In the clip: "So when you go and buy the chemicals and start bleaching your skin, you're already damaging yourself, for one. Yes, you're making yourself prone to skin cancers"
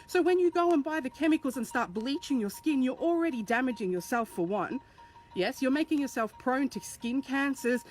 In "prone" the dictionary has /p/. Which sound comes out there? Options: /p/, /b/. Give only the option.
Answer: /p/